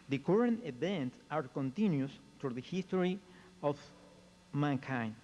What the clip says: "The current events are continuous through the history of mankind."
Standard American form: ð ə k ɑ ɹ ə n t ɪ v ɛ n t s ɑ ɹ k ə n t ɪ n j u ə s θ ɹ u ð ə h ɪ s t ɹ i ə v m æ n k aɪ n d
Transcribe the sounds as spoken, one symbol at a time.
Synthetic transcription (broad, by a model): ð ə k ɑ ɹ ə n t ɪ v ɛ n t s ɑ ɹ k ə n t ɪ n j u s t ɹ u ð ə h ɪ s t ɹ i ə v m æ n k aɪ n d